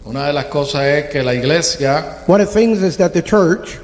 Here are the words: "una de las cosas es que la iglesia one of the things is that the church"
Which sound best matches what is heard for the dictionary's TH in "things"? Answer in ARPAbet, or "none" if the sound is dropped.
TH